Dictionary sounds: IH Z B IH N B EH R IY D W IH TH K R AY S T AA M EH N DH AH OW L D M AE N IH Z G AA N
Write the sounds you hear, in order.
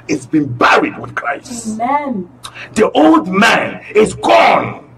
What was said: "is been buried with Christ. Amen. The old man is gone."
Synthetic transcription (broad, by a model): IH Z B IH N B EH R IY D W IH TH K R AY S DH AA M OW L D M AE N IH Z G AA N